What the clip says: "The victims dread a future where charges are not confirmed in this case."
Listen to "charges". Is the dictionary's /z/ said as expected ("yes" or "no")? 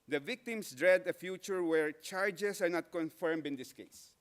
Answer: no